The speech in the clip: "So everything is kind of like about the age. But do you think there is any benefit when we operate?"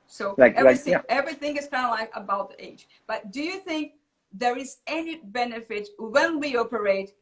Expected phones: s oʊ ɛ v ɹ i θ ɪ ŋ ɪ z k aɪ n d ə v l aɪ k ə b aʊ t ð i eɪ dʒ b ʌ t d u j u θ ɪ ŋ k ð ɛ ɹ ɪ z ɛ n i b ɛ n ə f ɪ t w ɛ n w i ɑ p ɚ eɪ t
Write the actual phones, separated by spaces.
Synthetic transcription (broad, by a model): s oʊ ɛ v ɹ i θ ɪ ŋ ɪ z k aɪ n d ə l aɪ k ə b aʊ t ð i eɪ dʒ b ʌ t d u j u θ ɪ ŋ k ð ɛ ɹ ɪ z ɛ n i b ɛ n ə f ɪ t w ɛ n w i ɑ p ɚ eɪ t